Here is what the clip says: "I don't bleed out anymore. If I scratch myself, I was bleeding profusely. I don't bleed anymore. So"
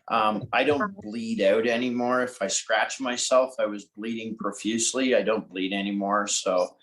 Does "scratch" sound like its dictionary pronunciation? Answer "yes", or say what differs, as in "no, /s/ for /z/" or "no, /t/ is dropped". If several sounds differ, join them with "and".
yes